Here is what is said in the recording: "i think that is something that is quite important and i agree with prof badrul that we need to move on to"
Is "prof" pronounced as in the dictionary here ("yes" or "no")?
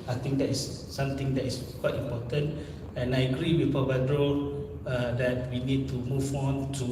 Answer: no